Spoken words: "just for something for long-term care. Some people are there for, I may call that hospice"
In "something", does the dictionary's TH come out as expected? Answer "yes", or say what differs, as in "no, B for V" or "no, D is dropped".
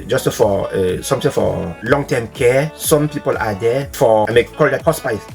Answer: no, T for TH